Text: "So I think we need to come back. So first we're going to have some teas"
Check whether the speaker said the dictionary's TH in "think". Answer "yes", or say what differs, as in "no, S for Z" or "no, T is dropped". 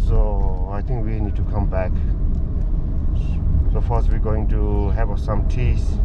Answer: no, T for TH